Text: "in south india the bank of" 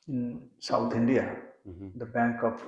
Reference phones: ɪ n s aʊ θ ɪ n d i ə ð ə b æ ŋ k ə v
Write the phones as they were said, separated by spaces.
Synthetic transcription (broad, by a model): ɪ n s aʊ t ɪ n d i ə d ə b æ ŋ k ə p